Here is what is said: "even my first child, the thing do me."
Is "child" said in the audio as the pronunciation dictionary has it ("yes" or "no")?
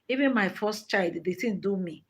yes